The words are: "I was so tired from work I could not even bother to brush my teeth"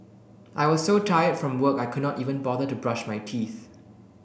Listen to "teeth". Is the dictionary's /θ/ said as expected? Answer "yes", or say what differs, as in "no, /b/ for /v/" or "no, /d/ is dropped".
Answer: yes